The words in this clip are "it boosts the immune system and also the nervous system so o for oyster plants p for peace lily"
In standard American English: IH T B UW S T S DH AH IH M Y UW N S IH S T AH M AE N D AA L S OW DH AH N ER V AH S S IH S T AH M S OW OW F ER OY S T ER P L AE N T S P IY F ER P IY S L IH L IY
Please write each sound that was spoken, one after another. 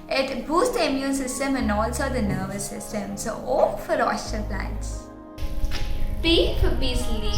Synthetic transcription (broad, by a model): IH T B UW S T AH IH M Y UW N S IH S T AH M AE N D AA L S OW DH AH N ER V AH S S IH S T AH M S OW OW F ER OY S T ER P L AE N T S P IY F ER B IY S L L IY